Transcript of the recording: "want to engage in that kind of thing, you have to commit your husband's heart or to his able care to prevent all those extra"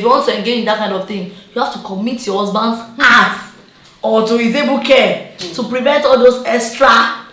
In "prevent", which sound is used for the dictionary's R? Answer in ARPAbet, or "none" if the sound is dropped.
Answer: R